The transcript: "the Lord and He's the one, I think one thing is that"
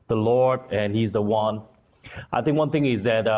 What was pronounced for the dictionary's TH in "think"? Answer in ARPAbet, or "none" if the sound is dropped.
TH